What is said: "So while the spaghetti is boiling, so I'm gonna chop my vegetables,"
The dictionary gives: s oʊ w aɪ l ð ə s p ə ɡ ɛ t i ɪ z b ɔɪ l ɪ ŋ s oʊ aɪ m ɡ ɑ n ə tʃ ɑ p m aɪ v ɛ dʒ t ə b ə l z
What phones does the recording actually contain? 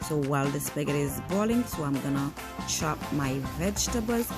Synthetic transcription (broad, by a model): s oʊ w aɪ l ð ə s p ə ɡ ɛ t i ɪ z b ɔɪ l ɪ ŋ s oʊ aɪ m ɡ ɑ n ə ʃ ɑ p m aɪ v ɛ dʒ t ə b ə l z